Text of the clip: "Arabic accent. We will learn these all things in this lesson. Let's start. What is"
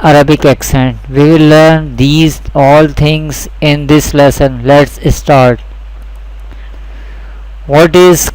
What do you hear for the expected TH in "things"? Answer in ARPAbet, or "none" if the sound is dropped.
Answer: T